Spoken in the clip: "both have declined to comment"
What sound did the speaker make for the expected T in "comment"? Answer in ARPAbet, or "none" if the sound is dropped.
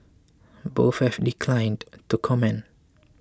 none